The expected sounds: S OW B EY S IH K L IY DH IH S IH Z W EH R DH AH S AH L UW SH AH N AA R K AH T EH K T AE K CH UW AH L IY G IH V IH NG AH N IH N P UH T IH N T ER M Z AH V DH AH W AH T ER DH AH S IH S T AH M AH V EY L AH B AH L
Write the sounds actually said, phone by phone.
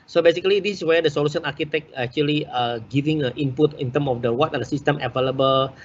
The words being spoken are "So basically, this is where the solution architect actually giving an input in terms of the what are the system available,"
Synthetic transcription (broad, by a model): S OW B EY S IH K L IY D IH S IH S W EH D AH S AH L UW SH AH N AA R K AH T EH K AE K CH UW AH L IY G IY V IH NG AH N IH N P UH T IH N T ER M AH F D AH W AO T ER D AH S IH S T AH M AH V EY L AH B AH L